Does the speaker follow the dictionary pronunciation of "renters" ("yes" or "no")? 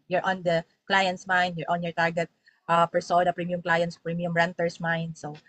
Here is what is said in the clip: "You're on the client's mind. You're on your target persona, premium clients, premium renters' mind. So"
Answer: no